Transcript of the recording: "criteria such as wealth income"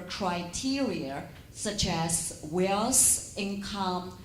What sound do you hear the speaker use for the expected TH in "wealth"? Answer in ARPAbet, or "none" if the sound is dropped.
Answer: S